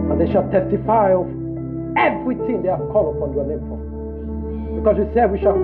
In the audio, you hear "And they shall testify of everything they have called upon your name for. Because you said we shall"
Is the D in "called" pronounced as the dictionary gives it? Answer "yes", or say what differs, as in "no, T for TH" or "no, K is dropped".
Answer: no, D is dropped